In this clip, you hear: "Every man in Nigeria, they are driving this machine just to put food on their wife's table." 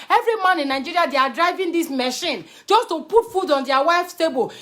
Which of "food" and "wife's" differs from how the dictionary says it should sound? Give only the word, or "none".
none